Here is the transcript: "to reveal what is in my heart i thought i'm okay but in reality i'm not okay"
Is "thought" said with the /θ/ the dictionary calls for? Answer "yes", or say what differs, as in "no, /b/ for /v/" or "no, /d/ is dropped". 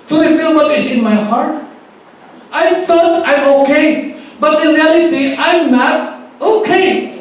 no, /f/ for /θ/